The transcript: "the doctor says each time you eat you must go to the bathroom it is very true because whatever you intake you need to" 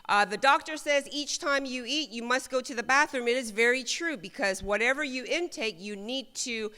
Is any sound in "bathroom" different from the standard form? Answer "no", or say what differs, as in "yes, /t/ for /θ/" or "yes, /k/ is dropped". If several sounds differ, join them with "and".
no